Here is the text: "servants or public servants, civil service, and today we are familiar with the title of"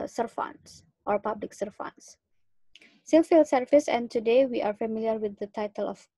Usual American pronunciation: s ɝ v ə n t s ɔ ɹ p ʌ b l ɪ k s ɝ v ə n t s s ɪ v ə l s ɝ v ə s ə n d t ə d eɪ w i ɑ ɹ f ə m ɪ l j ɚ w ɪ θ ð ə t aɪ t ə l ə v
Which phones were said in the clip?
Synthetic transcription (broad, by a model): s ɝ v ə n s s ɔ ɹ p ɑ b l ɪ k s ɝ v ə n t s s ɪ f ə l s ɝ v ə s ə n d t ə d eɪ w i ɑ ɹ f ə m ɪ l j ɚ w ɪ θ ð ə t aɪ t ə l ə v